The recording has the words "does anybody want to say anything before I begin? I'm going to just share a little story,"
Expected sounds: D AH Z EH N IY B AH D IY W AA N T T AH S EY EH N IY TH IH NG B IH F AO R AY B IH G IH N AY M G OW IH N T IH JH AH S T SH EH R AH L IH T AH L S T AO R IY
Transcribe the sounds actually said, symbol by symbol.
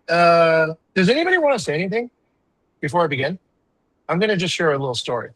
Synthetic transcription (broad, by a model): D AH Z EH N IY B AH D IY W AA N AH S EY EH N IY TH IH NG B IH F AO R AY B IH G IH N AY M G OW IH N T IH JH AH S T SH EH R AH L IH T L S T AO R IY